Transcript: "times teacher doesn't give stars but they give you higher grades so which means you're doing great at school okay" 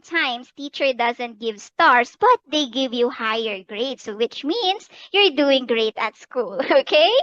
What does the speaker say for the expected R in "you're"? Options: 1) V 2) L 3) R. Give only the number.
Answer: 3